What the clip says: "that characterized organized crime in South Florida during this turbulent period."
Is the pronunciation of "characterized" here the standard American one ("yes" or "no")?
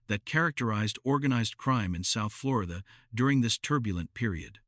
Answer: yes